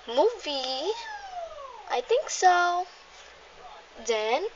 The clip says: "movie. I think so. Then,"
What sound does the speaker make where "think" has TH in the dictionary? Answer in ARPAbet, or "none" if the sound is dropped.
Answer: T